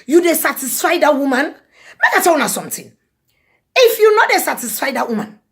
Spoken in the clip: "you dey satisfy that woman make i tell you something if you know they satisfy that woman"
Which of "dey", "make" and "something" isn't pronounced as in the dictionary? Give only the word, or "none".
something